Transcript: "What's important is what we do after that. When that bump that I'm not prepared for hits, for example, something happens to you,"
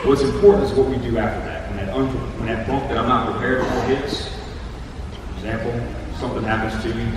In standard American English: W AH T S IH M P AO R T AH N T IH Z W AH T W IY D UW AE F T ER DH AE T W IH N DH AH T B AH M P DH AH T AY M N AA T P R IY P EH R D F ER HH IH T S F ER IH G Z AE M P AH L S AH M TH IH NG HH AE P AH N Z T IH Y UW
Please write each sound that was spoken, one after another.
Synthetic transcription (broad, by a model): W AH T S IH M P AO R T N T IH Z W AH T W IY D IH AE F T ER DH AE T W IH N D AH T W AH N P DH AH T AY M N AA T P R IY P EH R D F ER HH IH T S F ER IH G Z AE M P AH L S AH M TH IH NG HH AE P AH N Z T IH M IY